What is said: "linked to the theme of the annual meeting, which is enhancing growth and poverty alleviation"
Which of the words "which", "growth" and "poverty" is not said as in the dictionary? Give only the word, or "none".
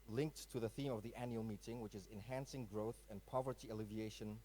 none